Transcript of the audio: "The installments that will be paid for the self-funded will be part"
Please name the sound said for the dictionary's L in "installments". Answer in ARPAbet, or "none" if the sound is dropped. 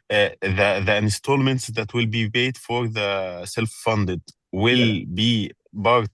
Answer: L